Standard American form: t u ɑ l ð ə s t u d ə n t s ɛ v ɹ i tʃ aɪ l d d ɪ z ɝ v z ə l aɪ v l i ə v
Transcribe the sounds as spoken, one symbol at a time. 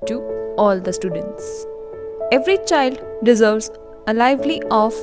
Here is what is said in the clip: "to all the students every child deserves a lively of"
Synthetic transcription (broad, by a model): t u ɑ l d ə s t u d ə n t s ɛ v ɹ i tʃ aɪ l d d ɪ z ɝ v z ə l aɪ v l i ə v